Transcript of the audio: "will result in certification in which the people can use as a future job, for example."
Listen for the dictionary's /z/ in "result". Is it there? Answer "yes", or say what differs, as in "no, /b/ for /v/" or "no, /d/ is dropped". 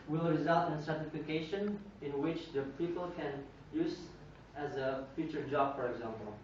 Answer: yes